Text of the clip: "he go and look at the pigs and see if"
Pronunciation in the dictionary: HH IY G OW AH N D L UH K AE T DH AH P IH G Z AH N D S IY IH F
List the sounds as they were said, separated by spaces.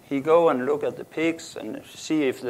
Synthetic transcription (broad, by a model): HH IY G OW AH N L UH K AE T DH AH P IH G S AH N S IY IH F